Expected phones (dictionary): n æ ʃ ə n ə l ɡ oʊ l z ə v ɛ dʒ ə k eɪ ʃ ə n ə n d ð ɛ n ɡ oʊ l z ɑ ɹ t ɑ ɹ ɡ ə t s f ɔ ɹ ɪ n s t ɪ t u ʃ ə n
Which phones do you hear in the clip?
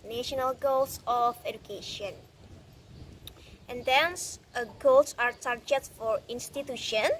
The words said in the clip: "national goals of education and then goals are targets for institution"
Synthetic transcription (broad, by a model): n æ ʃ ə n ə l ɡ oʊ l s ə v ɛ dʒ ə k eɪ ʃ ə n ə n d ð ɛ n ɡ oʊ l s ɑ ɹ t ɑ ɹ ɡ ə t f ɔ ɹ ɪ n s t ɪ t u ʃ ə n